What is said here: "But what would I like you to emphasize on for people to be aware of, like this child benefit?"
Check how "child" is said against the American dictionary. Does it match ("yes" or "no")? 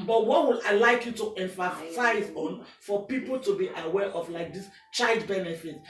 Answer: yes